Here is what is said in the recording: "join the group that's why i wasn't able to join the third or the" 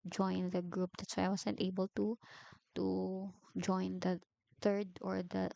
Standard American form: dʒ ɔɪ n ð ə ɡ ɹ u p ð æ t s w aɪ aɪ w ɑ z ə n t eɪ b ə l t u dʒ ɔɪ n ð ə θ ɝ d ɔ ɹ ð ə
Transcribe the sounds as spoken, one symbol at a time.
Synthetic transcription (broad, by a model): dʒ ɔɪ n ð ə ɡ ɹ u p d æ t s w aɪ aɪ w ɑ s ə n t eɪ b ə l t u dʒ ɔɪ n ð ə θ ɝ d ɔ ɹ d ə